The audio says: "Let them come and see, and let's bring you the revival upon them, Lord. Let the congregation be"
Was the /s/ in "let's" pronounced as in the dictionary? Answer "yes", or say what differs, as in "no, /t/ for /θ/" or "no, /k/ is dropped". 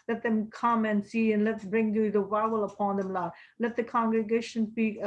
no, /s/ is dropped